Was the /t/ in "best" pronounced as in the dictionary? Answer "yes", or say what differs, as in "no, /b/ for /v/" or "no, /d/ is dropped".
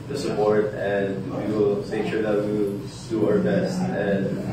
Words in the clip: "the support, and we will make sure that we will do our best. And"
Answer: yes